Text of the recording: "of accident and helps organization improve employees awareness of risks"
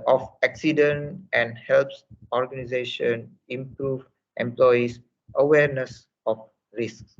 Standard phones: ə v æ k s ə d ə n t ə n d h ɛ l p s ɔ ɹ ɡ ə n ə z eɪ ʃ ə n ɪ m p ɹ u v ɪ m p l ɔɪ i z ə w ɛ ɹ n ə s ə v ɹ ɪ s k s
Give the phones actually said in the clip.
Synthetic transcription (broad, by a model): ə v æ k s ə d ə n t ə n d h ɛ l p s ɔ ɹ ɡ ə n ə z eɪ ʃ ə n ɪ m p ɹ u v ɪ m p l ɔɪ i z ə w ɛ ɹ n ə s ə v ɹ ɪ s k s